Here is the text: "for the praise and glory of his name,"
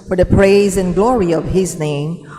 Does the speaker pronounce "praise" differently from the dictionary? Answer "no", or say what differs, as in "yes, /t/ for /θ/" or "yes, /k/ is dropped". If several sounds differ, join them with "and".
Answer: no